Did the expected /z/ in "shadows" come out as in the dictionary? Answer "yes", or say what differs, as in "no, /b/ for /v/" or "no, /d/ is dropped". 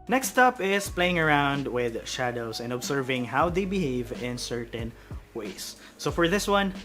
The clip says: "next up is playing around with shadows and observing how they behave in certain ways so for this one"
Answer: no, /s/ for /z/